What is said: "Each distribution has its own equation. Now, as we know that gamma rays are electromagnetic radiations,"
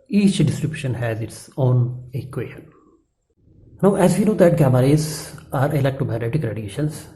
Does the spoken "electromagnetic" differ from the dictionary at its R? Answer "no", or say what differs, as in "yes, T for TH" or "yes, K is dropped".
yes, R is dropped